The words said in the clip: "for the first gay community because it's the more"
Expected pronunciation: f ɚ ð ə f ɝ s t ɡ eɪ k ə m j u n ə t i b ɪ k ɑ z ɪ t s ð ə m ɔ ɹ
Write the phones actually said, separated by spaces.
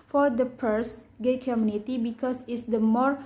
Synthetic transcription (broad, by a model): f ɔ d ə p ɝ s ɡ eɪ k ə m j u n ə t i b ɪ k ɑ s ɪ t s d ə m ɔ ɹ